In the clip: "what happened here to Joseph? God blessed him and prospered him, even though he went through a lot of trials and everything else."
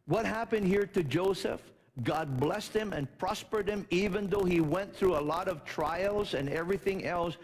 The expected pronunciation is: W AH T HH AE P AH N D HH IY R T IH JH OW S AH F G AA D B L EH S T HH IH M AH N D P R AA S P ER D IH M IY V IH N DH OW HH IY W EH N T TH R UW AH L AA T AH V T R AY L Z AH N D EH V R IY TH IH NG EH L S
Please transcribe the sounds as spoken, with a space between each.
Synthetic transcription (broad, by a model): W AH T HH AE P AH N D HH IY R T IH JH OW S AH F G AA D B L EH S T HH IH M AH N P R AA S P ER D IH M IY V IH N DH OW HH IY W EH N TH R UW AH L AA T AH V T R AY L Z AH N EH V R IY TH IH NG EH L S